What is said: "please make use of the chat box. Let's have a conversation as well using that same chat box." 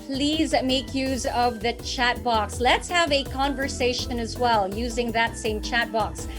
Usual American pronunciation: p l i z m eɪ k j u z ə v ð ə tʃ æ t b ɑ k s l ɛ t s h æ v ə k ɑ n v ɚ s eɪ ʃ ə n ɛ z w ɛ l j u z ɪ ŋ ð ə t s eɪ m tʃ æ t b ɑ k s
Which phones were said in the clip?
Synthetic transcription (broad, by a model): p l i z m eɪ k j u z ə v ð ə tʃ æ t b ɑ k s l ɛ t s h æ v ə k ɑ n v ɚ s eɪ ʃ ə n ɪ z w ɛ l j u z ɪ ŋ ð ə t s eɪ m tʃ æ t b ɑ k s